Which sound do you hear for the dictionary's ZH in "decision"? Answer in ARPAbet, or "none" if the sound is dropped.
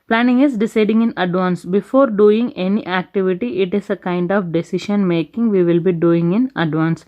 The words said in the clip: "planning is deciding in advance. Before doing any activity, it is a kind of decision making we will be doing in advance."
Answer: SH